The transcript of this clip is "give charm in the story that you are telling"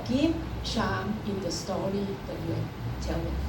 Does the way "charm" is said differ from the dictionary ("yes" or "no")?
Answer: yes